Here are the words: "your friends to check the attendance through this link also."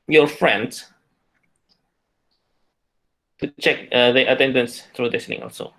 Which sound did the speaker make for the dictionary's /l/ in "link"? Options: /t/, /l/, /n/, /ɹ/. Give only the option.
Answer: /n/